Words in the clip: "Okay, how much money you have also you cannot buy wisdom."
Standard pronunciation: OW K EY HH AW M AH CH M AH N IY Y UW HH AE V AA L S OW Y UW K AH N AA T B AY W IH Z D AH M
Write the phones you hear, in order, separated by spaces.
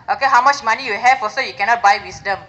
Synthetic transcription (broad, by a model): OW K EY HH AW M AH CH M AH N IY Y UW HH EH F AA S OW Y UW K AH N AA T B AY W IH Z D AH M